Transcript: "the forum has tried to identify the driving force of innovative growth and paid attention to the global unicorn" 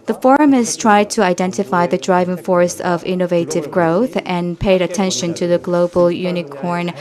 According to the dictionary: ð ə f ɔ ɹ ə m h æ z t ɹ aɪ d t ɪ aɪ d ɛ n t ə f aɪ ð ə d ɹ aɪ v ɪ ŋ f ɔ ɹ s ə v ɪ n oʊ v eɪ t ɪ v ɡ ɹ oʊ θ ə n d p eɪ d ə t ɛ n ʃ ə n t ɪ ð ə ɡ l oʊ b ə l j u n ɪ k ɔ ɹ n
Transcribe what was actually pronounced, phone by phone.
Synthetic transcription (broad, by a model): ð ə f ɔ ɹ ə m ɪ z t ɹ aɪ d t ɪ aɪ d ɛ n t ə f aɪ ð ə d ɹ aɪ v ɪ ŋ f ɔ ɹ s ə v ɪ n oʊ v eɪ t ɪ v ɡ ɹ oʊ θ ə n p eɪ d ə t ɛ n ʃ ə n t ɪ ð ə ɡ l oʊ b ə l j u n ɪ k ɔ ɹ n